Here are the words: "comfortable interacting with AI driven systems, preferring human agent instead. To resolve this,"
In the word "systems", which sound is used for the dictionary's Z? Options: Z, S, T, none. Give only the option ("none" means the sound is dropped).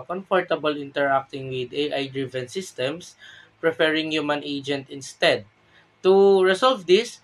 S